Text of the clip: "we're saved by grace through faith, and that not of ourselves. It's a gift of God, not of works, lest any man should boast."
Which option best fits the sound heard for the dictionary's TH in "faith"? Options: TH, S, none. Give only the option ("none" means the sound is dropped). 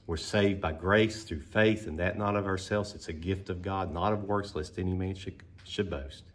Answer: TH